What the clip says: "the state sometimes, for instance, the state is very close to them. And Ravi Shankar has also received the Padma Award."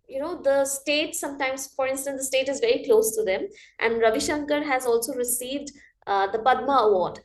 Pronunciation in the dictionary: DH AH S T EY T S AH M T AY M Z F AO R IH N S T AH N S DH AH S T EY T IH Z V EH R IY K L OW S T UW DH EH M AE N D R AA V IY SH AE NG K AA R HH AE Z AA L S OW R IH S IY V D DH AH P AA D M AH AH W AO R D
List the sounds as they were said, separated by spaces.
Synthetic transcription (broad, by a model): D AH S T EY T S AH M T AY M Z F AO R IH N S T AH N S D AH S T EY T IH Z V EH R IY K L OW S T UW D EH M AE N D R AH V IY SH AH NG K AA R HH AE Z AA L S OW R IH S IY V D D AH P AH D M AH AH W AO R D